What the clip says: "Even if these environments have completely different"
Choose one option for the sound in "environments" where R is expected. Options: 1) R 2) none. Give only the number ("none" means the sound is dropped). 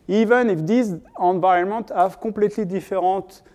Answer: 2